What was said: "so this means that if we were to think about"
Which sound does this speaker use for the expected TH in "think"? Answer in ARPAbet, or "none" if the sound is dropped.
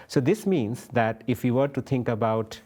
T